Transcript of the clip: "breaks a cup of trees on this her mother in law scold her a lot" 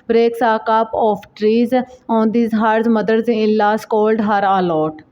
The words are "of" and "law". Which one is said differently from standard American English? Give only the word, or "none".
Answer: of